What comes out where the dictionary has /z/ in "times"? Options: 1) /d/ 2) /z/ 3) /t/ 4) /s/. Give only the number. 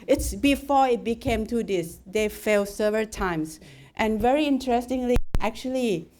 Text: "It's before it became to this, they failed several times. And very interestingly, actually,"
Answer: 4